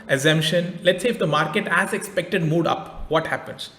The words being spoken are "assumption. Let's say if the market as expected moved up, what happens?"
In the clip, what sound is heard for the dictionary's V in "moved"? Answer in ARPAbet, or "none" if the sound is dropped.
none